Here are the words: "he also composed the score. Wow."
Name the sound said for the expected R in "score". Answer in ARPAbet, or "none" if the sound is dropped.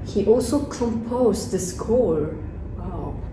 R